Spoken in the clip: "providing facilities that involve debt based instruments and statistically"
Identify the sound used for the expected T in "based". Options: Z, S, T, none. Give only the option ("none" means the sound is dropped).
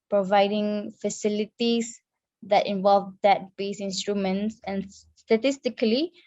none